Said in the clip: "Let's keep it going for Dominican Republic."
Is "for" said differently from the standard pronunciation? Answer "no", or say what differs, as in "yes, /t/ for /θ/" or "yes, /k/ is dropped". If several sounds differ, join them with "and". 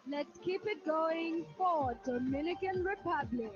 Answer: yes, /w/ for /ɹ/